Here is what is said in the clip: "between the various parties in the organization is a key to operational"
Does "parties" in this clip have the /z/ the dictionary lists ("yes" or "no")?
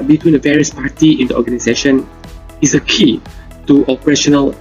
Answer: no